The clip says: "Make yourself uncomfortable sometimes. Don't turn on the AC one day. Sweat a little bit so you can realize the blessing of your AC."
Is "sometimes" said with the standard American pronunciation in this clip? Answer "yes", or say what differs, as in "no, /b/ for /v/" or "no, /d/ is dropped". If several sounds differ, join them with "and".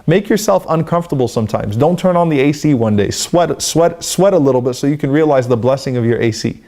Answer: yes